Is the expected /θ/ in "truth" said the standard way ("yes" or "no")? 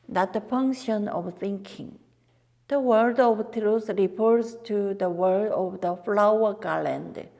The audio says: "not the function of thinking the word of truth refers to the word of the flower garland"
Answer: no